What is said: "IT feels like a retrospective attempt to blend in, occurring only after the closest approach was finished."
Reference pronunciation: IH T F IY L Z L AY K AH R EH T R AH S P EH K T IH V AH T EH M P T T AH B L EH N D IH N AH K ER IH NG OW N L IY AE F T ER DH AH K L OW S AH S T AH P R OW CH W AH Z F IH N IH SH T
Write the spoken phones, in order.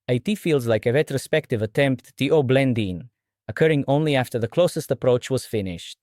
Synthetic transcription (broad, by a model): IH T F IY L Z L AY K AH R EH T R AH S P EH K T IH V AH T EH M P T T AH B L EH N D IH N AH K ER IH NG OW N L IY AE F T ER DH AH K L OW S AH S T AH P R OW CH W AH Z F IH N IH SH T